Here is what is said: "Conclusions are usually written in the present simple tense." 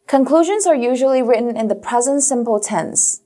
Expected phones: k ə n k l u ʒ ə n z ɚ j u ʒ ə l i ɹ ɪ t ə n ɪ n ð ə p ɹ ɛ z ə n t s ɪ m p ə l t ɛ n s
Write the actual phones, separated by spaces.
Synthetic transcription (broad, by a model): k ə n k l u ʒ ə n z ɚ j u ʒ ə l i ɹ ɪ t n ɪ n ð ə p ɹ ɛ z ə n t s ɪ m p ə l t ɛ n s